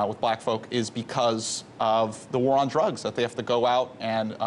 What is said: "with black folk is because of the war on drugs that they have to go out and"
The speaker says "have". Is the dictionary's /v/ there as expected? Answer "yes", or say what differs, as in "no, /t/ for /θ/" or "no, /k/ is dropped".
no, /f/ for /v/